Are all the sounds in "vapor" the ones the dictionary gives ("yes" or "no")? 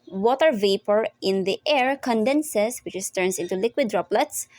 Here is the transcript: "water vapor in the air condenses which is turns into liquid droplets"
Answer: yes